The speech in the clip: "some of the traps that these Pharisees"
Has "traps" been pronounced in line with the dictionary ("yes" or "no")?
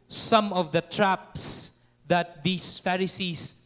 yes